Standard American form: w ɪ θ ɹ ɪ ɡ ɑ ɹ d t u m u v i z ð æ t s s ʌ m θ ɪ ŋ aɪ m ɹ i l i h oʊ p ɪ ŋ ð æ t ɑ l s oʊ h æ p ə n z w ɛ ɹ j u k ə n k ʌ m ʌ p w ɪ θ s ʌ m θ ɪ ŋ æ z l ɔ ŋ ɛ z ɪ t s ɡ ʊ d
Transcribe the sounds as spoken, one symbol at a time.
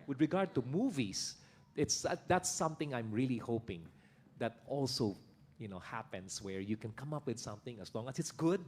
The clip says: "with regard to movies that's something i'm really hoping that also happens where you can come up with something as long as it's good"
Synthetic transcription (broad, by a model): w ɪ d ɹ ɪ ɡ ɑ ɹ d t u m u v i s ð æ t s s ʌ m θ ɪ ŋ aɪ m ɹ i l i h oʊ p ɪ ŋ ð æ t ɑ l s oʊ h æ p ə n s w ɛ ɹ j u k ə n k ʌ m ʌ p w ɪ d s ʌ m θ ɪ ŋ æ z l ɔ ŋ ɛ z ɪ t s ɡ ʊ d